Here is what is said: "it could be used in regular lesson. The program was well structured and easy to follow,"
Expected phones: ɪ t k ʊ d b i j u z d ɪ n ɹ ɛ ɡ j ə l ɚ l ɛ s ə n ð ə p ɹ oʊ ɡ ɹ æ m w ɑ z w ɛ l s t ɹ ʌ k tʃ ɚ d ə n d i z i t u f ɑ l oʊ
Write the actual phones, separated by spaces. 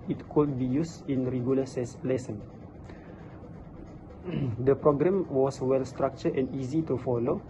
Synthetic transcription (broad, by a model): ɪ t k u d b i j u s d ɪ n ɹ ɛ ɡ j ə l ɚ l ɛ s ə n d ə p ɹ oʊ ɡ ɹ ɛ m w ɑ s w ɛ l s t ɹ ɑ k tʃ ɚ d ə n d i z i t u f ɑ l oʊ